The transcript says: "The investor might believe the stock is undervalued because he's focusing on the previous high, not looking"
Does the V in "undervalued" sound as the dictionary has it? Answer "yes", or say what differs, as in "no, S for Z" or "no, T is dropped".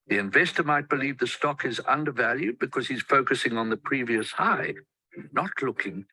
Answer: yes